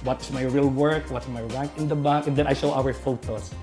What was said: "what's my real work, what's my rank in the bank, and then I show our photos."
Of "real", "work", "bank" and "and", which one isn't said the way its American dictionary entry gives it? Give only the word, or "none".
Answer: bank